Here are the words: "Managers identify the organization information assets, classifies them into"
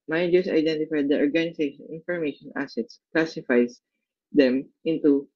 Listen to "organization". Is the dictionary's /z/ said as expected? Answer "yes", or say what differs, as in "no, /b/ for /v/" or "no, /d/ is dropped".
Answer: no, /s/ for /z/